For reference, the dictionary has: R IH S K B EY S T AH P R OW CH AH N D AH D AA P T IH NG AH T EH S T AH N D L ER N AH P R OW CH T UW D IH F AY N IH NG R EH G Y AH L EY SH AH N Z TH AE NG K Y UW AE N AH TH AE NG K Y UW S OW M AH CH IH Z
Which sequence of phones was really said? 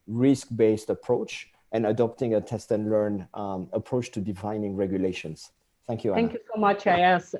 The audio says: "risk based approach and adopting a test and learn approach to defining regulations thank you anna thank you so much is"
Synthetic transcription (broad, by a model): R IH S K B EY S T AH P R OW CH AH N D AH D AA P T IH NG AH T EH S T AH N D L ER N AH P R OW CH T UW D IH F AY N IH NG R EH G Y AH L EY SH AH N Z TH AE NG K Y UW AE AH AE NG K Y UW S OW M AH CH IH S